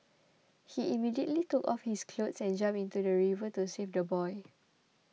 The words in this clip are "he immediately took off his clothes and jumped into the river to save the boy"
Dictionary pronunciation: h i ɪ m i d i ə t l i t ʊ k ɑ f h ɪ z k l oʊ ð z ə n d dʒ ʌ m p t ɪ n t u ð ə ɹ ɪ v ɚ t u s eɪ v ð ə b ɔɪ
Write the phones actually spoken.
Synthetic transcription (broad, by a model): h i ɪ m i d i ə t l i t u k ɑ f h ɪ s k l oʊ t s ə n dʒ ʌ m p ɪ n t u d ə ɹ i v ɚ t u s eɪ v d ə b ɔɪ